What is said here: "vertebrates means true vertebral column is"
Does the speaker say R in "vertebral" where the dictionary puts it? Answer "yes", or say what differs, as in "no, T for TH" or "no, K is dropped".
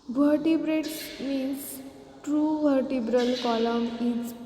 yes